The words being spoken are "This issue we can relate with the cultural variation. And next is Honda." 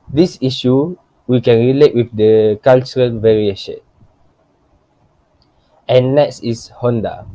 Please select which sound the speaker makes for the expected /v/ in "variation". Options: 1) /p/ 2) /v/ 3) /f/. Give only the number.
2